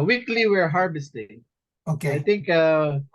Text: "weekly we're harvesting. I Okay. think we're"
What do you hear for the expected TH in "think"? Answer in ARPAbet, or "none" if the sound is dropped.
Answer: T